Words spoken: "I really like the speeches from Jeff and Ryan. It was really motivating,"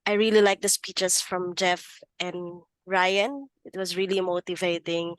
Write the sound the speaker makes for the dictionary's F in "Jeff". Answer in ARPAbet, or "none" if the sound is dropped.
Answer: F